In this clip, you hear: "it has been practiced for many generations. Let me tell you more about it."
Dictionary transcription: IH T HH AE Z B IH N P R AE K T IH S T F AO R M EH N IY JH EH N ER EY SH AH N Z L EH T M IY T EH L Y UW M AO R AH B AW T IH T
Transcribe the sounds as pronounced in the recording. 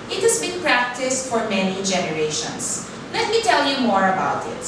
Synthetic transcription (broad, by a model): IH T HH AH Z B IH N P R AE K T IH S T F AO R M EH N IY JH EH N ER EY SH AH N S L EH T M IY T EH L Y UW M AO R AH B AW T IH T